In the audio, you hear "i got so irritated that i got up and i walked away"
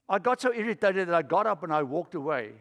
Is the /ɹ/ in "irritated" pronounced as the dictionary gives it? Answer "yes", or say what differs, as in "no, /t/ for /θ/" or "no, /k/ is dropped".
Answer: yes